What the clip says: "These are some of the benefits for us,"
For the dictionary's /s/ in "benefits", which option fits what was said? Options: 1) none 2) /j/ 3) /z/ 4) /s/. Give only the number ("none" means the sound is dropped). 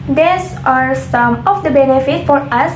1